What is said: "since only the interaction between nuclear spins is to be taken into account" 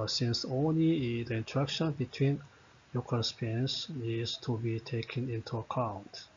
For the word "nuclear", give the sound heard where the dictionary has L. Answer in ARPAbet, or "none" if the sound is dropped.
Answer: none